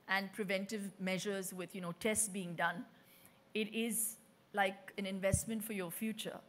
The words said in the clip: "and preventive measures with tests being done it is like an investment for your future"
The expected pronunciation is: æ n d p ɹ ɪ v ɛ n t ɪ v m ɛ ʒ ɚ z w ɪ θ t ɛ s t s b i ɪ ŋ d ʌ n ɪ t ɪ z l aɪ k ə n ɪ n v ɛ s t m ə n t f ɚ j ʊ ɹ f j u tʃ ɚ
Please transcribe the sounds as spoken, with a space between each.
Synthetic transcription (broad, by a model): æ n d p ɹ ɪ v ɛ n t ɪ v m ɛ ʒ ɚ z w ɪ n t ɛ s t s b i ɪ ŋ d ʌ n ɪ t ɪ z l aɪ k ə n ɪ n v ɛ s t m ə n t f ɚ j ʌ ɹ f j u tʃ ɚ